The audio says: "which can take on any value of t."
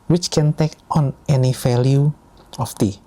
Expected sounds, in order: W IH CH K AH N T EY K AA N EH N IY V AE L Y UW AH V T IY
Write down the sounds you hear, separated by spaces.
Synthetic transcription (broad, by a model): W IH CH K AH N T EY K AA N EH N IY F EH L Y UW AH F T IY